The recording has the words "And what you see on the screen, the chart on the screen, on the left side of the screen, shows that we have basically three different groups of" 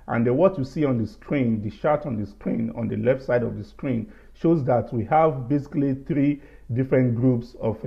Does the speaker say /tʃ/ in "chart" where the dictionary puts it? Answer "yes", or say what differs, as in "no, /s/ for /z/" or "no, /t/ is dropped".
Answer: no, /ʃ/ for /tʃ/